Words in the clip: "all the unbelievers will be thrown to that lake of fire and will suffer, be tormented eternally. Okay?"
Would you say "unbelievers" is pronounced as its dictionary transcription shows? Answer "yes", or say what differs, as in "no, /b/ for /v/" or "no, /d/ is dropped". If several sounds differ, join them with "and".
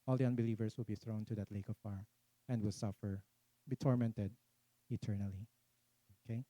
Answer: no, /s/ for /z/